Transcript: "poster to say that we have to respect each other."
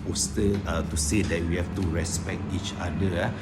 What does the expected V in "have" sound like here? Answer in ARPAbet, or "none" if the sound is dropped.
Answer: F